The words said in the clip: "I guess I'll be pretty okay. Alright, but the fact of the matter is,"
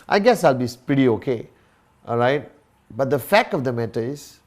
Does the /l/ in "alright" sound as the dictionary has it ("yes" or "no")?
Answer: yes